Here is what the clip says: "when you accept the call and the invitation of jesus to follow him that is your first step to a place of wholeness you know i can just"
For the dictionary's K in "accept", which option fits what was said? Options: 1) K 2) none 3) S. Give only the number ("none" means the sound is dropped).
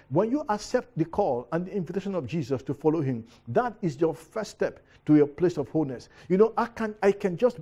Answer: 1